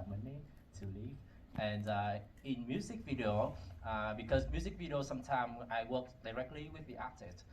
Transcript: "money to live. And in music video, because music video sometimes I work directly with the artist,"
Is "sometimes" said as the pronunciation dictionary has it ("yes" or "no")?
no